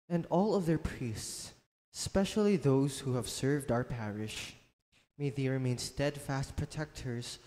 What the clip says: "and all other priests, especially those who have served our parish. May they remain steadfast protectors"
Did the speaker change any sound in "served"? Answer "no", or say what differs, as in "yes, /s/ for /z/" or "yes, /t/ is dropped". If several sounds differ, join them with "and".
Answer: no